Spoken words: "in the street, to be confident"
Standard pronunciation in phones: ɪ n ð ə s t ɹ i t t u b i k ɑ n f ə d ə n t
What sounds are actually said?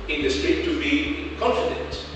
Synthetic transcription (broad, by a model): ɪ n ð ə s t ɛ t t u b i k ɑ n f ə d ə n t